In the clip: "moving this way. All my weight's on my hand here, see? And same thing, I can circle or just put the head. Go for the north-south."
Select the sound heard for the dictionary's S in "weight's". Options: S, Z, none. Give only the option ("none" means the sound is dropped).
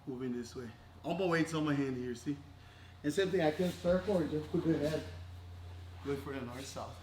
none